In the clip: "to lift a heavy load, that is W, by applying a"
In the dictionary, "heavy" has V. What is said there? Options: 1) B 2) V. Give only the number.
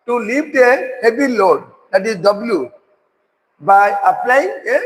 1